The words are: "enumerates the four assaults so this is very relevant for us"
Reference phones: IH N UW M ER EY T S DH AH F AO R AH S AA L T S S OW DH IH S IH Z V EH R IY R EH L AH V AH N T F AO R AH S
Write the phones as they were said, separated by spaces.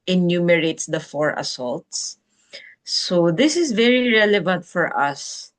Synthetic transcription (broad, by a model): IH N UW M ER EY T S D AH F AO R AH S AA L T S S OW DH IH S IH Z V EH R IY R EH L AH V AH N T F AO R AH S